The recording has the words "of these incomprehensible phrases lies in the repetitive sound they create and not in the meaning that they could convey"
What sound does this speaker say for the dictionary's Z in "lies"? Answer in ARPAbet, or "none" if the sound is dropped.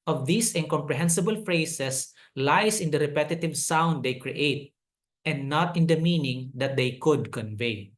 S